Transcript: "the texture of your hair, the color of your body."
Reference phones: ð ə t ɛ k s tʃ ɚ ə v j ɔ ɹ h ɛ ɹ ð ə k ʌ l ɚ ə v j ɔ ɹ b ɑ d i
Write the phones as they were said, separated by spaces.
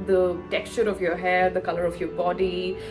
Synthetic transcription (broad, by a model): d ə t ɛ k s tʃ ɚ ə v j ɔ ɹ h ɛ ɹ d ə k ʌ l ɚ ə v j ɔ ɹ b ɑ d i